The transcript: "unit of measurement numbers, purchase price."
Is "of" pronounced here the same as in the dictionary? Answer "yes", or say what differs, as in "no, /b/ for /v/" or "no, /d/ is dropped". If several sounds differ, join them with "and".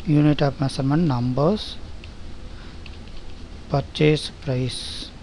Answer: no, /p/ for /v/